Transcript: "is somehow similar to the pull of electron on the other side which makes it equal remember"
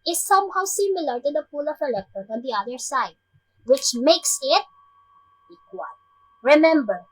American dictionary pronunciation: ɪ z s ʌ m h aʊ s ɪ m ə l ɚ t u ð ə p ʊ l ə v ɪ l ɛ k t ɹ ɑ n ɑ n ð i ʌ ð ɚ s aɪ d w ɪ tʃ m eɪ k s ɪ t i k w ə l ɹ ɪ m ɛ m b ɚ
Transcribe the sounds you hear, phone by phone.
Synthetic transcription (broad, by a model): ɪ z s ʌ m h aʊ s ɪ m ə l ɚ t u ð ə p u l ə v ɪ l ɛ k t ɑ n ɑ n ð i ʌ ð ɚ s aɪ d w ɪ tʃ m eɪ k s ɪ t i k w ə l ɹ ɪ m ɛ m b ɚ